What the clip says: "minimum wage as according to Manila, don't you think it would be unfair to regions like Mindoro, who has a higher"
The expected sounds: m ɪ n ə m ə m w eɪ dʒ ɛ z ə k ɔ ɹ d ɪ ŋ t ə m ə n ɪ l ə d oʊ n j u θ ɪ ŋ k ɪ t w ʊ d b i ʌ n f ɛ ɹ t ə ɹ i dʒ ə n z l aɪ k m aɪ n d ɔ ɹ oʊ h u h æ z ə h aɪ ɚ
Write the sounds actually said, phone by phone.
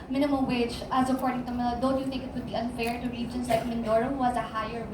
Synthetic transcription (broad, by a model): m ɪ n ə m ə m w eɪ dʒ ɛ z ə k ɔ ɹ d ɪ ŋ t ə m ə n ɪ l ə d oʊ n j u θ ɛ k ɪ t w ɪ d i ʌ n f ɛ ɹ t ə ɹ i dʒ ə n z l aɪ k m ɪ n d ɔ ɹ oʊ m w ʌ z ə h aɪ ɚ